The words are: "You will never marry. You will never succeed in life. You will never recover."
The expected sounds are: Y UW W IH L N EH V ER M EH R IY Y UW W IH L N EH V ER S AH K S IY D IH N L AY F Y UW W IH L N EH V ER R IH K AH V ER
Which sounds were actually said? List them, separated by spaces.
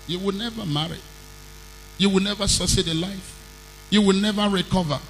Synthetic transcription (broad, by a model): Y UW W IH N EH V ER M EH R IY Y UW W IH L N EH V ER S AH S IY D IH L AY F Y UW W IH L N EH V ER R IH K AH V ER